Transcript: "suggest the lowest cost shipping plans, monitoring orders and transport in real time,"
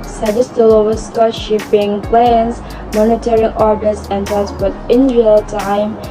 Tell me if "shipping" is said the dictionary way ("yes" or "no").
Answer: yes